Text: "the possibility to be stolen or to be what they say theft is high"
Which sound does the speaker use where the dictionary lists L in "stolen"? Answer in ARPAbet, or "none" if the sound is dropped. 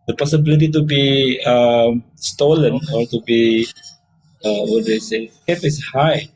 L